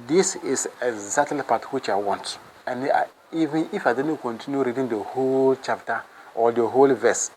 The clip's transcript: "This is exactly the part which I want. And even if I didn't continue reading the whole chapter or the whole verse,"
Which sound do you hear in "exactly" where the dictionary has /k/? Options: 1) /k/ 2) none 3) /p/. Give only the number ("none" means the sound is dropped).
2